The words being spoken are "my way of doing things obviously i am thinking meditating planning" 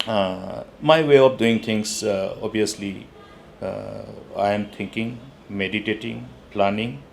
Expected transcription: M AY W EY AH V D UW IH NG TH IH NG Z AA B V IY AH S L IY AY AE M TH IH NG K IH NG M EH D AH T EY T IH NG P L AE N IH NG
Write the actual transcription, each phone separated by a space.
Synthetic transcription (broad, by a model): M AY W EY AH P D UW IH NG T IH NG S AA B IY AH S L IY AY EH M T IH NG K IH NG M EH D AH T EY T IH NG P L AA N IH NG